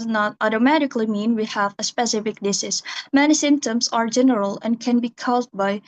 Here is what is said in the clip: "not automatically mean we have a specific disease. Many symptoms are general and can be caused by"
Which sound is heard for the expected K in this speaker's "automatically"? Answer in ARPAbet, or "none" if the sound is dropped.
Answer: K